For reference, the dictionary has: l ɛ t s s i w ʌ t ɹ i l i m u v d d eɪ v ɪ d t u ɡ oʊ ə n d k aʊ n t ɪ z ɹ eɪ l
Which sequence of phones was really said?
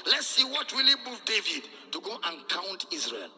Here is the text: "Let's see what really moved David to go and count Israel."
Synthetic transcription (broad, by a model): l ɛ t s s i w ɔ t w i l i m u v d d eɪ v ɪ d t u ɡ oʊ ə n k aʊ n t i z ɹ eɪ l